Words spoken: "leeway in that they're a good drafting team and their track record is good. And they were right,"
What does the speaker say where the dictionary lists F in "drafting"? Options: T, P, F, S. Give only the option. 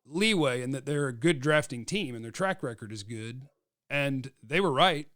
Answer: F